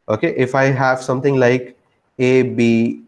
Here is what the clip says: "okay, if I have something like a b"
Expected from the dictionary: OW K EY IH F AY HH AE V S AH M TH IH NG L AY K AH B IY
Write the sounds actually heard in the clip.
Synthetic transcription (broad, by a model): OW K EY IH F AY HH AE V S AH M T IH NG L AY K AH B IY